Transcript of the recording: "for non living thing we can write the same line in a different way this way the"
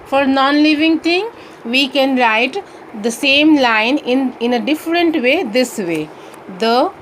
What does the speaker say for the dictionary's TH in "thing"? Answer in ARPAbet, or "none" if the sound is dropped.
T